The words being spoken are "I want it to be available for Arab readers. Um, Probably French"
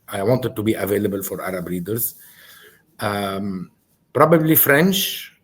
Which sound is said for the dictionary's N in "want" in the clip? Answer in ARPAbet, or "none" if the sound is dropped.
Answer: N